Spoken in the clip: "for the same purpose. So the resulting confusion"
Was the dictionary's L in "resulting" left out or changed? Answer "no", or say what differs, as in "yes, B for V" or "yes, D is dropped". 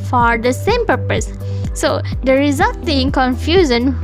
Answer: yes, L is dropped